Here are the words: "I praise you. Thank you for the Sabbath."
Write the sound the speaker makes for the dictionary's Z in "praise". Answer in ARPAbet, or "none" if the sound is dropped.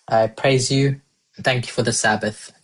Z